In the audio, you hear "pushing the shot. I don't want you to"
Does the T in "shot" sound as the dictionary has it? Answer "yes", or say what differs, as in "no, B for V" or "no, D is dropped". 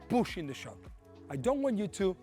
no, T is dropped